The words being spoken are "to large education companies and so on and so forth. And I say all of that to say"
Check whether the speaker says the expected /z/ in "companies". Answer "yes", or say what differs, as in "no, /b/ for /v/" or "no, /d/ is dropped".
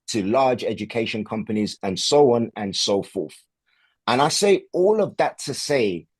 yes